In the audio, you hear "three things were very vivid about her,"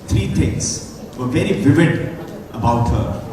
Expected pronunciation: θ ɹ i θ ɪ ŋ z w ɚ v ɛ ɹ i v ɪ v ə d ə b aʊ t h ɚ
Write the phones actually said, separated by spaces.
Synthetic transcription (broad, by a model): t ɹ i t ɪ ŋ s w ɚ v ɛ ɹ i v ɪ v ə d ə b aʊ t h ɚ